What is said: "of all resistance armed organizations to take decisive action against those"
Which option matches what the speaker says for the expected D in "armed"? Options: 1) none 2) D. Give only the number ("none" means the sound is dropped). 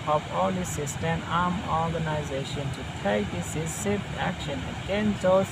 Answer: 1